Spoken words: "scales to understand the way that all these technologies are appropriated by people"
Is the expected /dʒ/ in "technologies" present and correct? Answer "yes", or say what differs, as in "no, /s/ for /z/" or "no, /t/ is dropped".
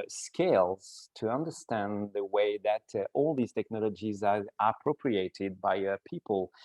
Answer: yes